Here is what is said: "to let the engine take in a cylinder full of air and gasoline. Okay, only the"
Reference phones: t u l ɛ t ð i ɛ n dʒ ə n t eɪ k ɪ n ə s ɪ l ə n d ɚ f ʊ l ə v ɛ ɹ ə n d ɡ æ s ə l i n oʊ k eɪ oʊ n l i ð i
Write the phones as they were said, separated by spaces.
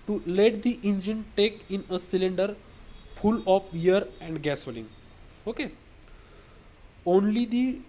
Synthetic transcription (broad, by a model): t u l ɛ t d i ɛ n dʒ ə n t eɪ k ɪ n ə s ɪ l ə n d ɚ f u l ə p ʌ ɹ ə n d ɡ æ s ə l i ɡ oʊ k eɪ oʊ n l i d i